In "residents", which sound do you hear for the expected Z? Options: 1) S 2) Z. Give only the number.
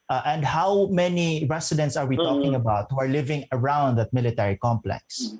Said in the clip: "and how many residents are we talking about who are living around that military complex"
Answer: 1